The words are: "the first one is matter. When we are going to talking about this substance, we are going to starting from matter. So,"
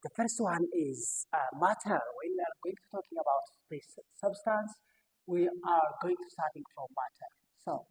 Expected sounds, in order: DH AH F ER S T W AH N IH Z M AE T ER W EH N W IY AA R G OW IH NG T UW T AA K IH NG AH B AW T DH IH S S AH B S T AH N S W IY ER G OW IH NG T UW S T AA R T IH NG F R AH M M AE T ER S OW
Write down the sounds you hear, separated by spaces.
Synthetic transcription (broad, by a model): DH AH F ER S T W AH N IH Z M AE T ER W EH N W IY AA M G OW IH NG T UW T AA K IH NG AH B AW T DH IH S S AH B S T AH N S W IY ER G OW IH NG T UW S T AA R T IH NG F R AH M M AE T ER S OW